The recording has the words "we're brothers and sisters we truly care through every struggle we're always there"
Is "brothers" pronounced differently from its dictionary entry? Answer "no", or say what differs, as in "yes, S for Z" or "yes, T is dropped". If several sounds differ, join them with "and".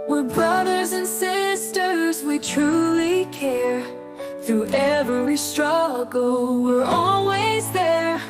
no